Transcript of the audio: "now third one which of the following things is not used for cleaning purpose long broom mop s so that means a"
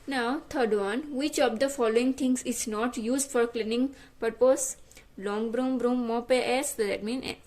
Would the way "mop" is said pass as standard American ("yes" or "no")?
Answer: yes